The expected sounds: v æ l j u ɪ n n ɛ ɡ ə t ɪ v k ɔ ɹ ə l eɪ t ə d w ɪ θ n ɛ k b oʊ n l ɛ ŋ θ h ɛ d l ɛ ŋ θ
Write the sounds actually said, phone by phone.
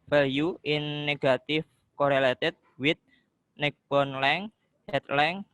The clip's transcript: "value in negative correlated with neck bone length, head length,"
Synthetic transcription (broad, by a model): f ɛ l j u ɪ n n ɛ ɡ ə t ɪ f k ɔ ɹ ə l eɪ t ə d w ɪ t n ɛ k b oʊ n l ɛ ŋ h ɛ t l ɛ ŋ